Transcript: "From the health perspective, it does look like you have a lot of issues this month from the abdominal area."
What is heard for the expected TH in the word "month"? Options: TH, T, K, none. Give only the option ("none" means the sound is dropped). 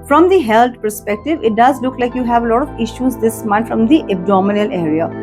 T